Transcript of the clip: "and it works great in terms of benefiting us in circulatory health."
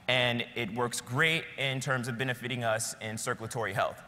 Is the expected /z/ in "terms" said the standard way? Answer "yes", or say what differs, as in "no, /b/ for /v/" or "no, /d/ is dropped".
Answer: yes